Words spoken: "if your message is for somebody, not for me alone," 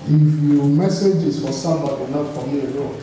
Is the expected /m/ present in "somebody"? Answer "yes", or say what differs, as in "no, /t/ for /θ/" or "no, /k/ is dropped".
no, /m/ is dropped